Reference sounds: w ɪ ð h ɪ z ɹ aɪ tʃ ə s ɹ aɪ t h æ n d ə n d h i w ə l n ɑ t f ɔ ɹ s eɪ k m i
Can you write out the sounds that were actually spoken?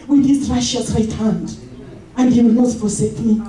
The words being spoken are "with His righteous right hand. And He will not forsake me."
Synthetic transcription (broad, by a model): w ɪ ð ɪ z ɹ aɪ ʃ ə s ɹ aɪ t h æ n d ə n d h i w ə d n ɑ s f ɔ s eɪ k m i